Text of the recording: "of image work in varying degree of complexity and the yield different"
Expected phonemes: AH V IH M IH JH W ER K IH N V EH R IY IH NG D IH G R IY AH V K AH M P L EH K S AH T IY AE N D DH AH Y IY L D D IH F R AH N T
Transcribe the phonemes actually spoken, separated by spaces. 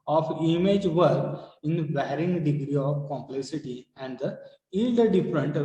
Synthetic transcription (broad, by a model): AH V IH M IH JH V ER IH N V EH R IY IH NG D IH G R IY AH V K AH M P L EH K S AH T IY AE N D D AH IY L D D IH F R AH N T